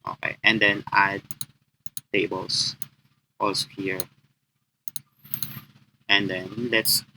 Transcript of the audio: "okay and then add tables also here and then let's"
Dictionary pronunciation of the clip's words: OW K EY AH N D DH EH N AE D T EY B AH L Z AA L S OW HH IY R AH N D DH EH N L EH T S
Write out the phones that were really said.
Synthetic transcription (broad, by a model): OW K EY AH N D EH N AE D T EY B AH L S AA L S OW HH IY R AH N D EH N L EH T S